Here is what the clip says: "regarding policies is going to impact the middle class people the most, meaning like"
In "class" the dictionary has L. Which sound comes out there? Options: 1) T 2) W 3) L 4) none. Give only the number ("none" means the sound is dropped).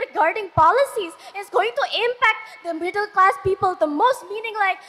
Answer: 3